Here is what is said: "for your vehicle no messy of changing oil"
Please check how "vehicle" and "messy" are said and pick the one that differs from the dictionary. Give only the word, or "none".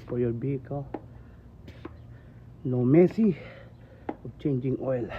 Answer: vehicle